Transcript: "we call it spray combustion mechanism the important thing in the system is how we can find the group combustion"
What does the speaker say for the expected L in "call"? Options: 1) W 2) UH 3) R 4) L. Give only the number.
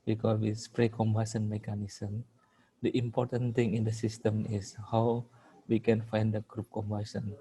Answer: 1